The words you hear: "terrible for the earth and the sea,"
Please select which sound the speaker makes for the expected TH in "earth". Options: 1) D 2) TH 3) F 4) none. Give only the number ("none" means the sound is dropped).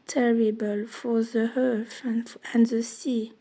3